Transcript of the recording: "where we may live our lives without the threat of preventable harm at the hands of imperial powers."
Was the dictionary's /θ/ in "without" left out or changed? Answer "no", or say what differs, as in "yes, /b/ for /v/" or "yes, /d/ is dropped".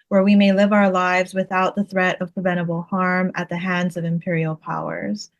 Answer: no